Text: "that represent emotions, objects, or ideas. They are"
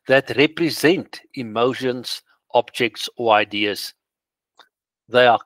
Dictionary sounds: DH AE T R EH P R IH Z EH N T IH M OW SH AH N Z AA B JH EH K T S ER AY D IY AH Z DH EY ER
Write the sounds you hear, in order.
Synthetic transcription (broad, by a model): DH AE T R EH P R IH Z EH N T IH M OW SH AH N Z AA B JH EH K T S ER AY D IY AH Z DH EY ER